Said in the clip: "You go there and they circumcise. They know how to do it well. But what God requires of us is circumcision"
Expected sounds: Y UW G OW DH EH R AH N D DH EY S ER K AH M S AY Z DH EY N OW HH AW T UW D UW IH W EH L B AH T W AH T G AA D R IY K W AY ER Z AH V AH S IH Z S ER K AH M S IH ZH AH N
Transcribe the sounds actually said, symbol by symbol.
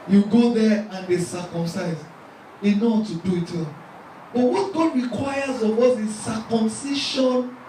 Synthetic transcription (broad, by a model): Y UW G OW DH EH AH N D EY S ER K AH M S AY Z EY N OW T UW D UW IH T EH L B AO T W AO T G AA D R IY K W AY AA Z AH W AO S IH S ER K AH M S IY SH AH N